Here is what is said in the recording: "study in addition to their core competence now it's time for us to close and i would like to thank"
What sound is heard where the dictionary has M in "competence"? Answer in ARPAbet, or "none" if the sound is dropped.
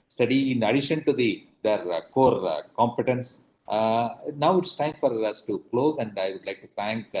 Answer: M